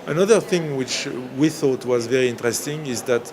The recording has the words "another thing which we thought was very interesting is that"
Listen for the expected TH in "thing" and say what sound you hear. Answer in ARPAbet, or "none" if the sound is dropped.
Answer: TH